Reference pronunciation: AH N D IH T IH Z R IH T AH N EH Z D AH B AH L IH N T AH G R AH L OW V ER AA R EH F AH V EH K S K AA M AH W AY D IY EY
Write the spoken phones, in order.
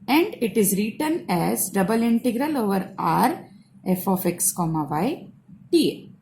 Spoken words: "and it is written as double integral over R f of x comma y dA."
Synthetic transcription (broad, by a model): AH N D IH T IH Z R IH T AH N EH Z D AH B AH L IH N T AH G R AH L OW V ER AA R EH F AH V EH K S K AA M AH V AY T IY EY